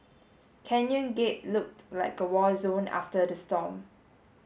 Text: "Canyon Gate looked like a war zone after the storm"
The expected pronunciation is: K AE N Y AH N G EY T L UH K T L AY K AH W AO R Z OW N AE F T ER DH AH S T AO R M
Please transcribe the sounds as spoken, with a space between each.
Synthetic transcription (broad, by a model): K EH N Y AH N G EY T L UH K T L AY K AH W AO L Z OW N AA F T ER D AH S T AO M